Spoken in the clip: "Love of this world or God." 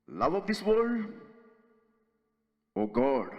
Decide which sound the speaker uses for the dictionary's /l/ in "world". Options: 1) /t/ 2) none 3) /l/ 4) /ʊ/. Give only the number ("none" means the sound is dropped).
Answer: 2